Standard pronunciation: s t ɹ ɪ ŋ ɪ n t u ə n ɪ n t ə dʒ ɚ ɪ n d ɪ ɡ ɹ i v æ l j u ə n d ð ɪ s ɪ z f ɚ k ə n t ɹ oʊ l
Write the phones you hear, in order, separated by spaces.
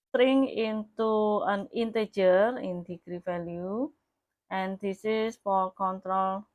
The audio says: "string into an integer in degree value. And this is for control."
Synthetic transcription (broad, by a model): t ɹ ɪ ŋ ɪ n t u ə n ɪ n t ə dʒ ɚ ɪ n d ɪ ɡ ɹ i f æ l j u ə n d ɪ s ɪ s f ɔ k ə n t ɹ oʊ l